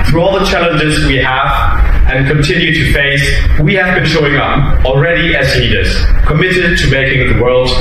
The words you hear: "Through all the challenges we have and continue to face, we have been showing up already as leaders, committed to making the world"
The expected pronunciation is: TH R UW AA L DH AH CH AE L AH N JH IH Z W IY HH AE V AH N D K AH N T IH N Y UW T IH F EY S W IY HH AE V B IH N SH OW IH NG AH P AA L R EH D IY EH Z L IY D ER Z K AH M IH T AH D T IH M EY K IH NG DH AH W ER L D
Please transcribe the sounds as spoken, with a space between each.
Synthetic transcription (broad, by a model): TH R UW AA L DH AH CH AE L AH N JH IH Z W IY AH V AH N K AH N T IH N Y UW T IH F EY S W IY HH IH V B IH N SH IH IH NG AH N L R EH D IY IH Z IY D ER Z K AH M IH T AH D T IH M EY K IH NG DH AH W ER L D